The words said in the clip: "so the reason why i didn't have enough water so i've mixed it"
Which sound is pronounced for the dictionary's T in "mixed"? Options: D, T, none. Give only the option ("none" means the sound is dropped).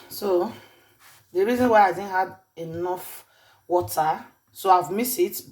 none